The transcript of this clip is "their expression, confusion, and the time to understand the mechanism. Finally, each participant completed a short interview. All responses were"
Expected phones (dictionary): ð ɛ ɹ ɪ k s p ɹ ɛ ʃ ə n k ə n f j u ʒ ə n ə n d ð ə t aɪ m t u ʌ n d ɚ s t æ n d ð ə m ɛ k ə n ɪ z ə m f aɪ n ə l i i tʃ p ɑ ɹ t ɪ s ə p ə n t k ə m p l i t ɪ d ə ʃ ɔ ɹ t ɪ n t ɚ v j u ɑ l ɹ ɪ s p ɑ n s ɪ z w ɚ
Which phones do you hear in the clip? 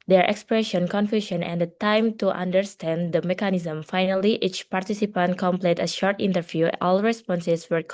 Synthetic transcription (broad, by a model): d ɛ ɹ ɪ k s p ɹ ɛ ʃ ə n k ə n f j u ʃ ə n ə n d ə t aɪ m t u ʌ n d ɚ s t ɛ n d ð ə m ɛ k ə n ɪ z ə m f aɪ n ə l i i tʃ p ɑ ɹ t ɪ s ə p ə n t k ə m p l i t ə ʃ ɔ ɹ t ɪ n t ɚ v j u ɑ l ɹ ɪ s p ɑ n s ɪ s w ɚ